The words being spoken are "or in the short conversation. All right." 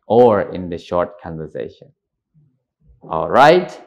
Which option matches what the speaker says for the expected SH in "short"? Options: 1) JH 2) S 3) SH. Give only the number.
3